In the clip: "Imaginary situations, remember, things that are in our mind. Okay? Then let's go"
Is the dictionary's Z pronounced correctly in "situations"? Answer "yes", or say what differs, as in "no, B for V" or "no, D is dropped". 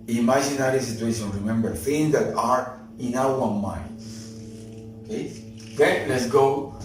no, Z is dropped